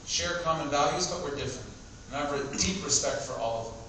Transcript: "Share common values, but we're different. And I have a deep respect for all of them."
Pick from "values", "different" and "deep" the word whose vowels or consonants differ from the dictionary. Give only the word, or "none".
none